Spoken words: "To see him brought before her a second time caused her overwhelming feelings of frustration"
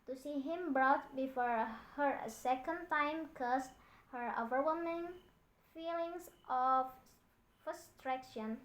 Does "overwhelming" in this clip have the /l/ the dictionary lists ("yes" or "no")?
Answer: no